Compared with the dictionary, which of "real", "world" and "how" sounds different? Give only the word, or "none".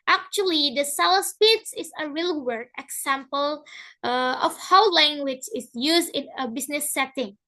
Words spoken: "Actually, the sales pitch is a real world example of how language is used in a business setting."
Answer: world